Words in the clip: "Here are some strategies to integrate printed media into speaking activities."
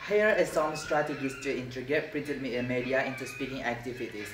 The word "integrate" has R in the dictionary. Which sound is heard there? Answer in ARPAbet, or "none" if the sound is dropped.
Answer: none